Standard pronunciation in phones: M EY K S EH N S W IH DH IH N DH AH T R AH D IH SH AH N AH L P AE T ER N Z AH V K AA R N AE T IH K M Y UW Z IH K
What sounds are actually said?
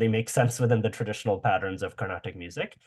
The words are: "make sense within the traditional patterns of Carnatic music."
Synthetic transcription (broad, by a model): M EY K S EH N S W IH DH IH N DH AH T R AH D IH SH AH N AH L P AE T ER N Z AH V K AA R N AE T IH K M Y UW Z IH K